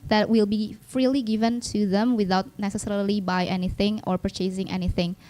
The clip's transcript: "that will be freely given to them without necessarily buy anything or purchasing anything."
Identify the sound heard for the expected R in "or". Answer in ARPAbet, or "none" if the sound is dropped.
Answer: R